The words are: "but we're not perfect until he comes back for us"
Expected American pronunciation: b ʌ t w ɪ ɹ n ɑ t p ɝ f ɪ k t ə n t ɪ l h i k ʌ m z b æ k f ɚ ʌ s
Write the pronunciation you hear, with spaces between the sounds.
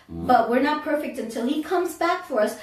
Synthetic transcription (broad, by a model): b ʌ t w ɪ ɹ n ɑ t p ɝ f ɪ k t ə n t ɪ l h i k ʌ m z b æ k f ɚ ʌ s